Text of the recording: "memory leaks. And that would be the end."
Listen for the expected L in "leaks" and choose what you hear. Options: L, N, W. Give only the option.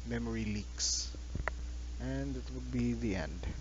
L